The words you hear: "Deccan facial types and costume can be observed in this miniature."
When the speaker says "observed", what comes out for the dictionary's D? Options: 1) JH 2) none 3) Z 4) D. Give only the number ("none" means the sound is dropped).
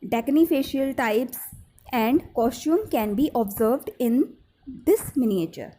4